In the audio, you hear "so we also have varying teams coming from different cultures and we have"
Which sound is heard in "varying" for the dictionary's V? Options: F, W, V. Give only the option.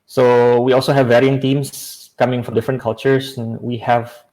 V